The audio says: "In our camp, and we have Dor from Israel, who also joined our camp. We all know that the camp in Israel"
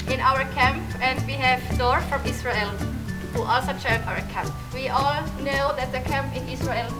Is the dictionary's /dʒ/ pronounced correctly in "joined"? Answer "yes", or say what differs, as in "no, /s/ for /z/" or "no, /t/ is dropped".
no, /tʃ/ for /dʒ/